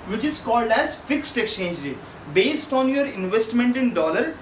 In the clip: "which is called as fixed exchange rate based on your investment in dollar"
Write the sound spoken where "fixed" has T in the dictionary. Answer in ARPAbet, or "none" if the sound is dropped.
T